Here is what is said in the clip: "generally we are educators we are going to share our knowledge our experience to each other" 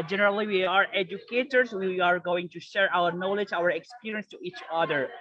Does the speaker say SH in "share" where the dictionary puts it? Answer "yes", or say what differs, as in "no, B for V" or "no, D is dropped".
yes